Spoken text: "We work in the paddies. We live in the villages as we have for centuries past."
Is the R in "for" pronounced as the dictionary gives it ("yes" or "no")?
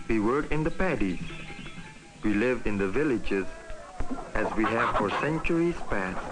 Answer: yes